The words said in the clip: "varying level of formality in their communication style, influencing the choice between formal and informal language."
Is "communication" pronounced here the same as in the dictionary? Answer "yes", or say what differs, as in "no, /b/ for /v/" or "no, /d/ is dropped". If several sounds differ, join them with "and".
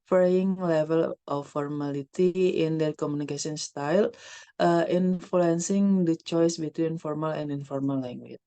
no, /s/ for /ʃ/